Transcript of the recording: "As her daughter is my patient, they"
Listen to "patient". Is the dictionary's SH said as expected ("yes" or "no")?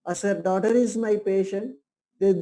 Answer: yes